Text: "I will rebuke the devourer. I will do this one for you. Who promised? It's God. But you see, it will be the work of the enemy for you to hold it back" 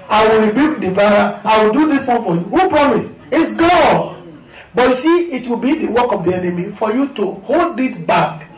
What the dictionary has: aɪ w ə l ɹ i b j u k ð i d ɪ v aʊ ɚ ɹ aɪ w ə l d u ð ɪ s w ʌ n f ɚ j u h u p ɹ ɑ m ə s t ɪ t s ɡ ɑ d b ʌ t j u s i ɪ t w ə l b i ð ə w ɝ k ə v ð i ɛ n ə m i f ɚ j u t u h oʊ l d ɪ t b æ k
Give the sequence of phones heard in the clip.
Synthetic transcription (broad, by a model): aɪ w ə l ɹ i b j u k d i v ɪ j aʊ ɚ aɪ w ə l d u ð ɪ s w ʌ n f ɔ j u h u p ɹ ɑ m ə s ɪ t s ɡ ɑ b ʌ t j u s i ɪ t w ə l b i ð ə w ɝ k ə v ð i ɛ n ə m i f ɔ j u t u h oʊ l d ɪ t b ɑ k